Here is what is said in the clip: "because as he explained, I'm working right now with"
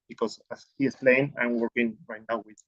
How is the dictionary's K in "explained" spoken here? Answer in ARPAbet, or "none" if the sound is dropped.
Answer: none